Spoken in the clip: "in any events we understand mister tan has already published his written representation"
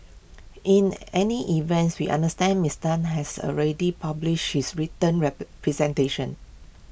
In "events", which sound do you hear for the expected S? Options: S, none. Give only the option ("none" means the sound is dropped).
S